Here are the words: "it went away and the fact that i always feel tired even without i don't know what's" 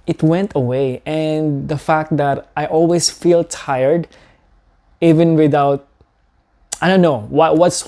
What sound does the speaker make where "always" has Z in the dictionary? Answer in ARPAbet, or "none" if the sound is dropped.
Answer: S